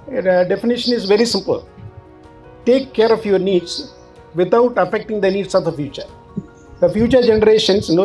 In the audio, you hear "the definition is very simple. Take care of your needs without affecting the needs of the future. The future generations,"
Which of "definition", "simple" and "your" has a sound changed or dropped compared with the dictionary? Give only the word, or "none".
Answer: none